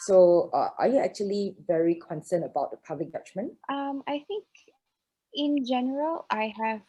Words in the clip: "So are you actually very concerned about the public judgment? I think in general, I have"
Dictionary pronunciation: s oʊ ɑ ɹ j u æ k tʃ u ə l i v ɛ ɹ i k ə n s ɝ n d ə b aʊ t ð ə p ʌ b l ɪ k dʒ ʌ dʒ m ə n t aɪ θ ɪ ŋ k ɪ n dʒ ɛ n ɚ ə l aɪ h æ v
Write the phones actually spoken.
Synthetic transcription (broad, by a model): s oʊ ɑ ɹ j u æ k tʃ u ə l i v ɛ ɹ i k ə n s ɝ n ə b aʊ t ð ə p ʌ b l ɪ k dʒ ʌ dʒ m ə n t aɪ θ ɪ ŋ k ɪ n dʒ ɛ n ɚ ə l aɪ h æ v